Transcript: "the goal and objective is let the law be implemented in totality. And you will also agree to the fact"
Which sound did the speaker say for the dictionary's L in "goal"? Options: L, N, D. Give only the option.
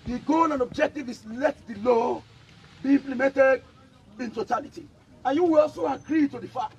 N